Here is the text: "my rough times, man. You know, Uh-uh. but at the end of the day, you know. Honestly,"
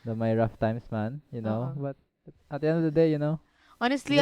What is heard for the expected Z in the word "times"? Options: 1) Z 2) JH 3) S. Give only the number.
3